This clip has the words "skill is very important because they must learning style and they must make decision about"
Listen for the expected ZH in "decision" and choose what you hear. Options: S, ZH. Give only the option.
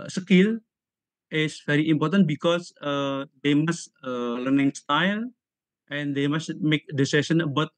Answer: S